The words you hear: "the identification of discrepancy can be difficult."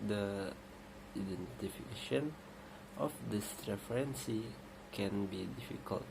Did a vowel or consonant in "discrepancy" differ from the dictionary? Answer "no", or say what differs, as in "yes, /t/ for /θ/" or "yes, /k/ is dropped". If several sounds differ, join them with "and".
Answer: yes, /k/ is dropped and /f/ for /p/